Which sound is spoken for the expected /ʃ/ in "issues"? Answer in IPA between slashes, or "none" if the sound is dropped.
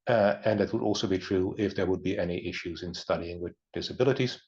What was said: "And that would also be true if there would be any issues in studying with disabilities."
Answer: /ʃ/